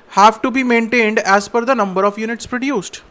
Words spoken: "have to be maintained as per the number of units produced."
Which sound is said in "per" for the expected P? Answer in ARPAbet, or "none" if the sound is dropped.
F